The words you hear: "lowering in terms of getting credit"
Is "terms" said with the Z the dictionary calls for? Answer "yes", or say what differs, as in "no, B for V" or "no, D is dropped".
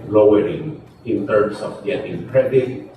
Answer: no, S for Z